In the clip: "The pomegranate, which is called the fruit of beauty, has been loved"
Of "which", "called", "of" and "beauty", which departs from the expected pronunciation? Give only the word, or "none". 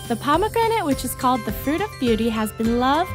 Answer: none